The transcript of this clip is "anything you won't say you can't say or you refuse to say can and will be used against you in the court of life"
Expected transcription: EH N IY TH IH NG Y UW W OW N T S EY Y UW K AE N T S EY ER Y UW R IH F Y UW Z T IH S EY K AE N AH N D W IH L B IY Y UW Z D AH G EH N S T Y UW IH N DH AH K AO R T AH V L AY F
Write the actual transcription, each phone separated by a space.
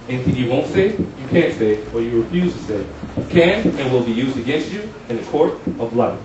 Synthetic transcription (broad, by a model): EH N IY TH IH NG Y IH W OW N T S EY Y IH K AE N T S EY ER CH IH R IH F Y UW Z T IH S EY K AE N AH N W IH L B IY Y UW Z D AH G EH N S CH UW IH N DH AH K AO R T AH V L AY